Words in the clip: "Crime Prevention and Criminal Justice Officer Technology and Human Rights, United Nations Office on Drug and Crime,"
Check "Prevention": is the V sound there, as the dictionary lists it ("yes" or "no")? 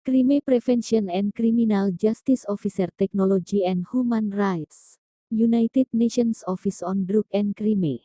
no